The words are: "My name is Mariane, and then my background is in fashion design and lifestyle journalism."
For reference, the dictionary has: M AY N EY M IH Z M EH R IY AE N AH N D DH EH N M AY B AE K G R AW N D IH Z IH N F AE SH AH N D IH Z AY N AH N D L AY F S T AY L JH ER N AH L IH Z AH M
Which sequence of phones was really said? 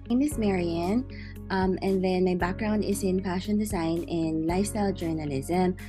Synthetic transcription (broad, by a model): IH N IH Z M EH R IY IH N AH N DH EH N M AY B AE K G R AW N D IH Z IH N P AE SH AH N D IH Z AY N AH N L AY F S T AY L JH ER N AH L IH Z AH M